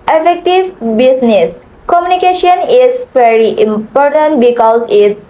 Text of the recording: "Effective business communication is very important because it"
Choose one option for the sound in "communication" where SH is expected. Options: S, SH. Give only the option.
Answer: SH